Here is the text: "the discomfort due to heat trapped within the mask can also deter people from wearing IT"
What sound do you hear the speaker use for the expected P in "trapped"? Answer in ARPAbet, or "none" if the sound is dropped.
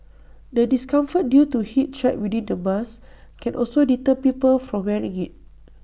none